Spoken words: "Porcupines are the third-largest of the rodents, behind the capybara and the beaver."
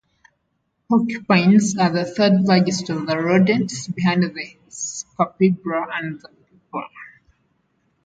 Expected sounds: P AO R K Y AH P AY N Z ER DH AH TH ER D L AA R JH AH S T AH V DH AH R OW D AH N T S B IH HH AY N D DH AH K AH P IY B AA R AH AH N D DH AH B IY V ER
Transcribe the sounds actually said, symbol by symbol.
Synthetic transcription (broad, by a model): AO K Y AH P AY N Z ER DH AH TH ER D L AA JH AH S T AH V DH AH R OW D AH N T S B IH HH AY N D DH AH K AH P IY B R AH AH N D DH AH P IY P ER